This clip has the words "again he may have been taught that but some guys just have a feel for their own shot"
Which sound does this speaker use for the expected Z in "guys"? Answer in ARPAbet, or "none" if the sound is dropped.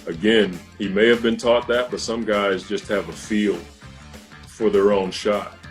Z